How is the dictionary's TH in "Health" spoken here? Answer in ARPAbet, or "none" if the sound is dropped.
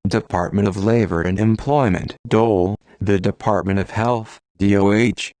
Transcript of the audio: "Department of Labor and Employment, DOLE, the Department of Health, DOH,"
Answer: TH